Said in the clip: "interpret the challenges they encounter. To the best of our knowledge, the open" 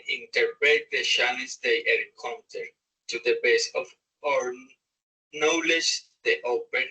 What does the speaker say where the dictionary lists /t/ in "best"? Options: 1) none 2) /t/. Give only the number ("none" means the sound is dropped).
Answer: 1